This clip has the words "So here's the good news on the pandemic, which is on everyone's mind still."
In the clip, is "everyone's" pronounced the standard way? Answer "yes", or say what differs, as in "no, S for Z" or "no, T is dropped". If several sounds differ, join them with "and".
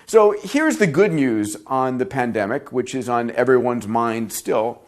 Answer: yes